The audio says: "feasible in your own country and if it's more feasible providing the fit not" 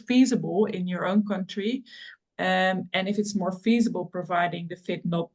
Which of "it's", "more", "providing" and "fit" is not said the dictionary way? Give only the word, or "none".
none